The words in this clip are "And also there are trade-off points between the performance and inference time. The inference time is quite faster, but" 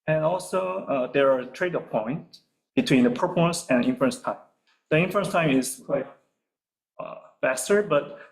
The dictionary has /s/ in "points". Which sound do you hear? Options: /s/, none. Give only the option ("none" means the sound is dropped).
none